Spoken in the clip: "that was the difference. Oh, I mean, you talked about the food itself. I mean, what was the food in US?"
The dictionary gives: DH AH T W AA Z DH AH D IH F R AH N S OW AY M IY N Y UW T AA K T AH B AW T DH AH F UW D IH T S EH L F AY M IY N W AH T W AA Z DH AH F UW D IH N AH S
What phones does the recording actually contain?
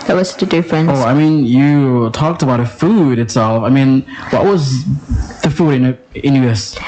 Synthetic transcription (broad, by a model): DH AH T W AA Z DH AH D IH F R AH N OW AY M IY N Y UW T AA K T AH B AW T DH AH F UW D IH T S EH L F AY M IY N W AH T W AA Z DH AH F UW D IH N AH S